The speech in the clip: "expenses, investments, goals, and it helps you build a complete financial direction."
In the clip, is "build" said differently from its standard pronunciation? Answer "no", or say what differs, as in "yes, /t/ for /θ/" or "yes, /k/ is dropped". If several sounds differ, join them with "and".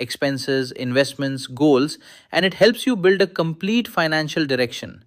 no